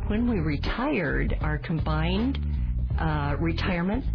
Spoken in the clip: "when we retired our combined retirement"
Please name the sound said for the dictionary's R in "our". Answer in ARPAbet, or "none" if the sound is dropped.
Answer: R